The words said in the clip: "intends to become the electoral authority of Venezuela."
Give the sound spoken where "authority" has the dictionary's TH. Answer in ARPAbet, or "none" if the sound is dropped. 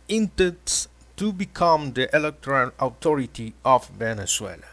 T